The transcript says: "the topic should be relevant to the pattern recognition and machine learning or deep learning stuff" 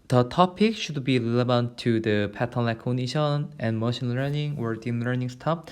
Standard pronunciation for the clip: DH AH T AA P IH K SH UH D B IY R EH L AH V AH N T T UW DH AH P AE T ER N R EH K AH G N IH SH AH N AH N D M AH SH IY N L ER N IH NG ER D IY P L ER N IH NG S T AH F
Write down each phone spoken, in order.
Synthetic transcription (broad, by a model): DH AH T AA P IH K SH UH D B IY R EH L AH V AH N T T UW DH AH P AE T ER N L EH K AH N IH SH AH N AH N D M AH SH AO N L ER N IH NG ER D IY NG L ER N IH NG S T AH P